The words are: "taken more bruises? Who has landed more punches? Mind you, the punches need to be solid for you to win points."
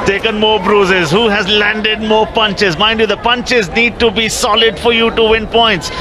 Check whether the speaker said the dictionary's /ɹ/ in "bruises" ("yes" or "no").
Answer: yes